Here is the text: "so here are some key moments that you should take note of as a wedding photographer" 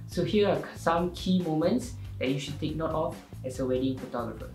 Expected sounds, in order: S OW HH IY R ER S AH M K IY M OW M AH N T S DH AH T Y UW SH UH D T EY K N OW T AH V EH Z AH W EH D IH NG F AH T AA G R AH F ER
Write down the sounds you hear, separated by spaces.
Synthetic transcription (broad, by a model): S OW HH IY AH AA S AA M K IY M OW M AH N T S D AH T Y UW SH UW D T EY K N OW T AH F EH S AH W EH D IH NG F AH T AA G R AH F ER